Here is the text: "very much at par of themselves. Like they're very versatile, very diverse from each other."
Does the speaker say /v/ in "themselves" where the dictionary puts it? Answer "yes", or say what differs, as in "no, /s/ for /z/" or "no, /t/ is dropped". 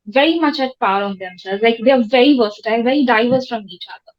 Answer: no, /v/ is dropped